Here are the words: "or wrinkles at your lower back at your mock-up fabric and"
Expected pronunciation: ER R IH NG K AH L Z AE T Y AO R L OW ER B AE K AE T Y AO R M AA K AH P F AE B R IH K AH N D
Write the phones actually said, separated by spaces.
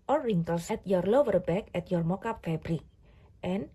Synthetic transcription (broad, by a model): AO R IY NG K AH L S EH T Y AO R L OW ER B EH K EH T Y AO R M AA K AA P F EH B R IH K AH N